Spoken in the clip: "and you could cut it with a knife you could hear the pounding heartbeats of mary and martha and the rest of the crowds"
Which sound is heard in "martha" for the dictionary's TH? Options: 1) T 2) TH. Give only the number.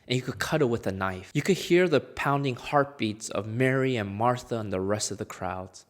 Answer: 2